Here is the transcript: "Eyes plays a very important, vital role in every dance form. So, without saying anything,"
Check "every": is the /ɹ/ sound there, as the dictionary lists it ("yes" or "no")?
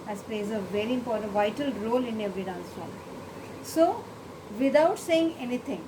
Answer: no